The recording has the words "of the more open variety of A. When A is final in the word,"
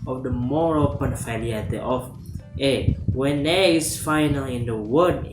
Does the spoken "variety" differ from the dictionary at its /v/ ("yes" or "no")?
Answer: yes